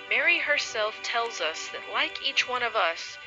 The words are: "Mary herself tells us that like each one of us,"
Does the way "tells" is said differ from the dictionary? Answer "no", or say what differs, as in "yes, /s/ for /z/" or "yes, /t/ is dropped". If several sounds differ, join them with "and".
no